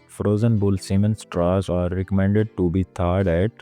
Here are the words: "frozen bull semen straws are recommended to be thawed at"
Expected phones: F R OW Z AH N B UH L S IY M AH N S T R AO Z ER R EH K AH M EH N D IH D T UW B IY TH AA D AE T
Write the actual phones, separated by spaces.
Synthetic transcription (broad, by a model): F R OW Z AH N B UH L S IY M AH N S T R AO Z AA R EH K AH M EH N D IH D T UW B IY T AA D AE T